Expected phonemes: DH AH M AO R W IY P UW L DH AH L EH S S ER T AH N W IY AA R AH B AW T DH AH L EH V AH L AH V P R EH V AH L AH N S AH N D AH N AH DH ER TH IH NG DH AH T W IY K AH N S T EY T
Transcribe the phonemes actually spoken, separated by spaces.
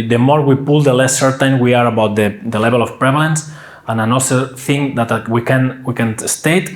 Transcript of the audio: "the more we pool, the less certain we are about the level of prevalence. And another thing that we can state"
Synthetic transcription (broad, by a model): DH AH M AO R W IY P UW L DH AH L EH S S ER T AH N W IY AA R AH B AW T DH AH L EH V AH L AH F P R EH V AH L AH N S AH N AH N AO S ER TH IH NG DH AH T W IY K AH N S T EY T